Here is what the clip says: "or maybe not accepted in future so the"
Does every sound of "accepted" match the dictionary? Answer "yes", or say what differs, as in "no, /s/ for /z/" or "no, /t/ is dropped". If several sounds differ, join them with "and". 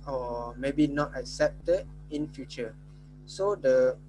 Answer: yes